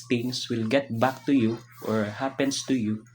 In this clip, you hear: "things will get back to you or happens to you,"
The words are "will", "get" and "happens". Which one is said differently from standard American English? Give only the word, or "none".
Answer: happens